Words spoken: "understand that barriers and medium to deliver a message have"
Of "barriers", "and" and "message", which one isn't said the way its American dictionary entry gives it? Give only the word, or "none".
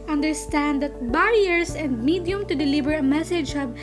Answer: barriers